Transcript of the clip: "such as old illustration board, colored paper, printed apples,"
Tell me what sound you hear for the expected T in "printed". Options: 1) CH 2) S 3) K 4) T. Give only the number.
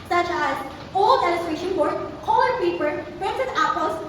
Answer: 2